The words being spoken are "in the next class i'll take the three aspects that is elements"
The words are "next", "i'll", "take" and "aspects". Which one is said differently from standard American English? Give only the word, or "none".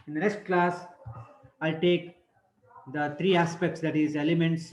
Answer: next